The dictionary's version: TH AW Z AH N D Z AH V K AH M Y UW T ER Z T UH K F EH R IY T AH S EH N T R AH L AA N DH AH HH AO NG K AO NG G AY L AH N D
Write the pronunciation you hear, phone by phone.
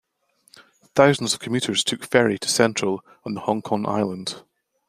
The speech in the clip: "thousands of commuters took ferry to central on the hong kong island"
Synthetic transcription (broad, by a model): TH AW Z AH N D Z AH V K AH M Y UW T ER Z T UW K F EH R IY T AH S EH N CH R AH L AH N DH AH HH AO NG K AO NG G AY L AH N D